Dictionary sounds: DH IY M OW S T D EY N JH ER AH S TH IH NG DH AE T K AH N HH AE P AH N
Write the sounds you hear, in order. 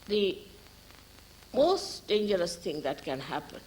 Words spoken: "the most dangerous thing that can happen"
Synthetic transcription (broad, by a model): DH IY M OW S T D EY N JH ER AH S T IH NG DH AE T K AH N HH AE P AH N